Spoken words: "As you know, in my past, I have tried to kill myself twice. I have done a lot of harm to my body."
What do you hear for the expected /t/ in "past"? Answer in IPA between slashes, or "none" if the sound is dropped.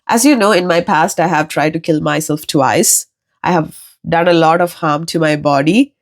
/t/